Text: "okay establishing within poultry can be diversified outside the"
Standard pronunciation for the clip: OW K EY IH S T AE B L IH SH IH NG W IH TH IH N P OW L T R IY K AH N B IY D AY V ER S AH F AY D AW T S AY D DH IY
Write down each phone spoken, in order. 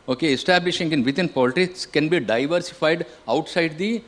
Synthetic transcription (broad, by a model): OW K EY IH S T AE B L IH SH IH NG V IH T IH N P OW L T IY K AH N B IY D AY V ER S AH F AY D AW T S AY D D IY